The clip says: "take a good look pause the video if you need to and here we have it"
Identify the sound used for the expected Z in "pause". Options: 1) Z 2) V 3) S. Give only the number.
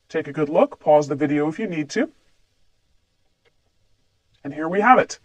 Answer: 1